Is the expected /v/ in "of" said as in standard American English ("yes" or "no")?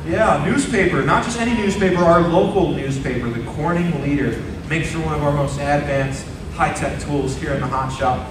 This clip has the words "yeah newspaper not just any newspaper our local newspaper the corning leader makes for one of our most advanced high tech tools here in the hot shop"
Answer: yes